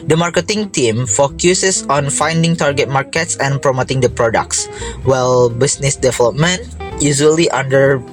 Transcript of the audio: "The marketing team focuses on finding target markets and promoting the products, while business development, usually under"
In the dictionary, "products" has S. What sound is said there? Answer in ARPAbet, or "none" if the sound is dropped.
S